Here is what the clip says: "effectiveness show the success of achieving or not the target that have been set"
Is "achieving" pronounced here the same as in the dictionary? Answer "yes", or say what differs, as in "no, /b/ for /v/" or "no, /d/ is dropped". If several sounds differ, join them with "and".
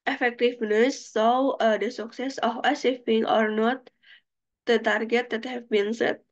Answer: no, /s/ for /tʃ/ and /f/ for /v/